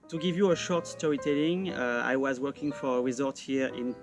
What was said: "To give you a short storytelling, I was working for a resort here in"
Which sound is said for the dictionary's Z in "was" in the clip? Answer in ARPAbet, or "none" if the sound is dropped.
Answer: Z